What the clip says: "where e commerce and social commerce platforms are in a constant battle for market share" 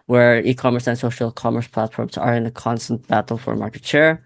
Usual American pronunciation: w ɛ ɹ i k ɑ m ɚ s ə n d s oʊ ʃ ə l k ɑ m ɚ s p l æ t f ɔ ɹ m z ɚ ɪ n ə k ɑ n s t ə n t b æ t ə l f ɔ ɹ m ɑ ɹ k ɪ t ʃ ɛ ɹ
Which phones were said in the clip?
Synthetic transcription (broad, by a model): w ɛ ɹ i k ɑ m ɚ s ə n s oʊ ʃ ə l k ɑ m ɚ s p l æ t f ɔ ɹ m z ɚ ɪ n ə k ɑ n s t ə n t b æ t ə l f ɔ ɹ m ɑ ɹ k ɪ t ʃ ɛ ɹ